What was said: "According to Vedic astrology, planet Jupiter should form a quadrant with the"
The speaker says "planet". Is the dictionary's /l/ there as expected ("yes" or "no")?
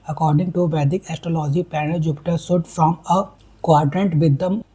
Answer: no